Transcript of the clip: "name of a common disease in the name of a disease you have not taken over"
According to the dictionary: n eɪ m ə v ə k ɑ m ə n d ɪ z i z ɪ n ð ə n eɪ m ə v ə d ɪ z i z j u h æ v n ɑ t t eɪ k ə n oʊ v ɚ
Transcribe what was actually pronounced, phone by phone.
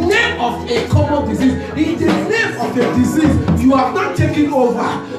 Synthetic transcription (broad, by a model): n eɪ m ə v ə k ɑ m ə n d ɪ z i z ɪ n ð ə n eɪ m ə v ə d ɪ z i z j u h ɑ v n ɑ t t eɪ k ə n oʊ v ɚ